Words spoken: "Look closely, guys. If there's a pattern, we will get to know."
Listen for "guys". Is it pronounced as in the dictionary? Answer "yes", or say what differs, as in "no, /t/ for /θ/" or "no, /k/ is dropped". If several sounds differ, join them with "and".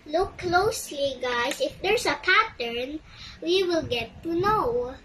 no, /s/ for /z/